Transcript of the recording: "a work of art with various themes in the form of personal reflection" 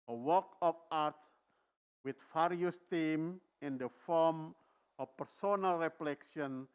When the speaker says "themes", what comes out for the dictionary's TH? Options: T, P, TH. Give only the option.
T